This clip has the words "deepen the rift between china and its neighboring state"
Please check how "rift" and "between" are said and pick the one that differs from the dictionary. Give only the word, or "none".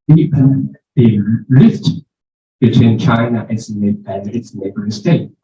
rift